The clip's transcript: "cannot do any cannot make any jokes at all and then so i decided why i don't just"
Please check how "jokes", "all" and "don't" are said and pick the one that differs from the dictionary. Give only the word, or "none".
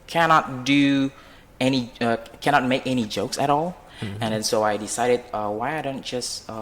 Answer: none